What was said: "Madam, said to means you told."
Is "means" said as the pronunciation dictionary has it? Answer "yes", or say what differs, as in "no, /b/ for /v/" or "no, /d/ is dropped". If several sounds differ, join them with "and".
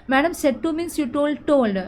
no, /s/ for /z/